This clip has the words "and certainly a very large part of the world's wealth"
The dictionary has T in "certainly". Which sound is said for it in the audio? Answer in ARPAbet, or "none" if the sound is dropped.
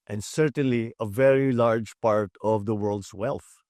T